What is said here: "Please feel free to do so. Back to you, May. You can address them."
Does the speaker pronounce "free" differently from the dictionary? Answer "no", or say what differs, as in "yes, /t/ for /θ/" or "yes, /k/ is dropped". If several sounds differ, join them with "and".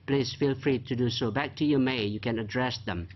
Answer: no